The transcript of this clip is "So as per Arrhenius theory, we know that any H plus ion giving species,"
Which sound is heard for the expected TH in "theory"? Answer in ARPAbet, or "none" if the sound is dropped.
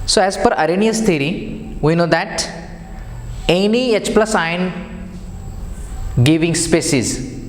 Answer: T